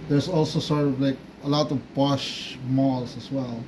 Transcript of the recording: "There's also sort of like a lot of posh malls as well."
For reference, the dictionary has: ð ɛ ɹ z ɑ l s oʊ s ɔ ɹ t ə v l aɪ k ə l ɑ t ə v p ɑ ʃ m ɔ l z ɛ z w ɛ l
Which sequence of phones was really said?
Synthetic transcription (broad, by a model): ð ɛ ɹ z ɑ l s oʊ s ɔ ɹ t ə v l aɪ k ə l ɑ t ə v b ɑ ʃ m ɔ l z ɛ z w ɛ l